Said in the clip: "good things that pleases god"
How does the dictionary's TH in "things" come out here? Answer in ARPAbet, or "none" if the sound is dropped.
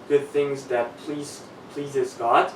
TH